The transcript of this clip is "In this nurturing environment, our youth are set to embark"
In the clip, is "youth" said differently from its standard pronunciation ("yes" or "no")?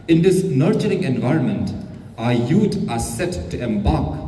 yes